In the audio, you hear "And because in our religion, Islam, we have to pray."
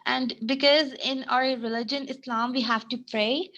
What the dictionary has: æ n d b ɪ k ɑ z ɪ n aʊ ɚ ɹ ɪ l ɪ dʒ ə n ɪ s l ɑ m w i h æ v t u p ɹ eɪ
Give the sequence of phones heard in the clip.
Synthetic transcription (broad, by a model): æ n d b ɪ k ɑ z ɪ n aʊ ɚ ɹ ɪ l ɪ dʒ ə n ɪ s l ɑ m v i h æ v t u p ɹ eɪ